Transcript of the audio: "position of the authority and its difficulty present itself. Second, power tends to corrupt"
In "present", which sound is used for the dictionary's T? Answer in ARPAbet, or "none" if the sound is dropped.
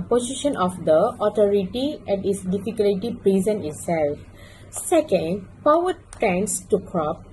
none